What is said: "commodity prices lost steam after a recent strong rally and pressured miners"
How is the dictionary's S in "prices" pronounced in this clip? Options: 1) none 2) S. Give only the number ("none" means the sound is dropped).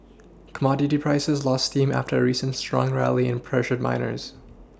2